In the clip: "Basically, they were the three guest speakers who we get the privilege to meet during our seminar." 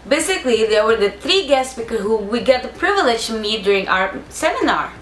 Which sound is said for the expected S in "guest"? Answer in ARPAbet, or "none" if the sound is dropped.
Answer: S